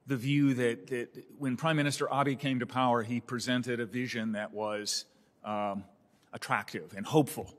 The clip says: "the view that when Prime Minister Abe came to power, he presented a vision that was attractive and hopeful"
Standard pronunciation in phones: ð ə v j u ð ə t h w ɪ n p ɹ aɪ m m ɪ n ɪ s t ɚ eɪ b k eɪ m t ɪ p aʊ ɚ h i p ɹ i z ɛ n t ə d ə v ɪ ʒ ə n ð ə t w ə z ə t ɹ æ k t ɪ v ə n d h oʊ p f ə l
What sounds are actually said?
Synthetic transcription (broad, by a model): ð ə v j u ð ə t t w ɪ n p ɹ aɪ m m ɪ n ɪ s t ɚ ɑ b k eɪ m t ɪ p aʊ ɚ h i p ɹ i z ɛ n t ə d ə v ɪ ʒ ə n ð ə t w ə z ə t ɹ æ k t ɪ v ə n h oʊ p f l